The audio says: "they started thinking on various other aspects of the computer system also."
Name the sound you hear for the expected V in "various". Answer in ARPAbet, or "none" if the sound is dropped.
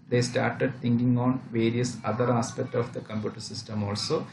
V